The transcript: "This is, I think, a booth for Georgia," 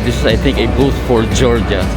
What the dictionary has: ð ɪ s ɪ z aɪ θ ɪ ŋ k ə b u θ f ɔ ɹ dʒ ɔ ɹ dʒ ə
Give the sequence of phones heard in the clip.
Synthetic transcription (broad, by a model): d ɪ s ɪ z aɪ t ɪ ŋ k ə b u t f ɔ ɹ dʒ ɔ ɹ dʒ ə